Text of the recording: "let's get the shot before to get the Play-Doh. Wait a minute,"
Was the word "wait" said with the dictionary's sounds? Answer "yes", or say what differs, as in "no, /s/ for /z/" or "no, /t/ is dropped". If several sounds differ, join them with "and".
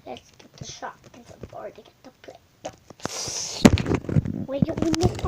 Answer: no, /t/ is dropped